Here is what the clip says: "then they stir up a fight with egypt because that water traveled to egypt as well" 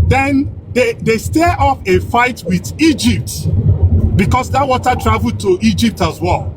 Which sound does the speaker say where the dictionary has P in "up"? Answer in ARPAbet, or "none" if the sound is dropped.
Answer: F